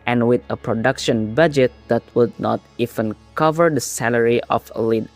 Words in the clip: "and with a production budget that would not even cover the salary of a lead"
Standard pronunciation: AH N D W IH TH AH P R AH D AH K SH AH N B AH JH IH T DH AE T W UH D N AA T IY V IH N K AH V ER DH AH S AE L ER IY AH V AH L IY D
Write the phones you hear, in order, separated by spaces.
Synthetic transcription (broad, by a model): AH N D W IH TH AH P R AH D AH K SH AH N B AH JH IH T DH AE T W UH D N AA T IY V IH N K AH V ER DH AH S AE L ER IY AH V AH L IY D